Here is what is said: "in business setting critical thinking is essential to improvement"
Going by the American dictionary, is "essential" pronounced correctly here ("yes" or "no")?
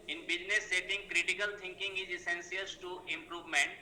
no